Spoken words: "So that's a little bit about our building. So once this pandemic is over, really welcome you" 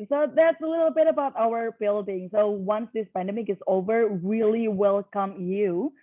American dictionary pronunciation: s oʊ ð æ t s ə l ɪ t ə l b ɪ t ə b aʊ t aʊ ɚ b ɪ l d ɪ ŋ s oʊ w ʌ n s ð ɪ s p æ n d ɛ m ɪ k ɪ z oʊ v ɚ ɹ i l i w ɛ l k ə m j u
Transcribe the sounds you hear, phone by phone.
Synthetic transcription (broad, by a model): s oʊ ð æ t s ə l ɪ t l b ɪ t ə b aʊ t aʊ ɚ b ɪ l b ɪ ŋ s oʊ w ʌ n s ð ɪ s p æ n d ɛ m ɪ k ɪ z oʊ v ɚ ɹ i l i w ɛ l k ə m j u